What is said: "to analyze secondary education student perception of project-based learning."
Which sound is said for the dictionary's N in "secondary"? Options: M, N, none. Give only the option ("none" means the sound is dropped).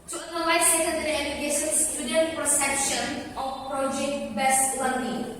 none